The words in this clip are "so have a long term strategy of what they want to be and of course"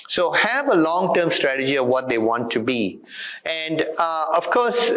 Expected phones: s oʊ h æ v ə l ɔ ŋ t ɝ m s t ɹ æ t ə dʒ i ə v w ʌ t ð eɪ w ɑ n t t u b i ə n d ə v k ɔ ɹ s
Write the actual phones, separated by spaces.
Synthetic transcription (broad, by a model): s oʊ h æ v ə l ɔ ŋ t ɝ m s t ɹ æ t ə dʒ i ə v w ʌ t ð eɪ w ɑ n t t u b i ə n d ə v k ɔ ɹ s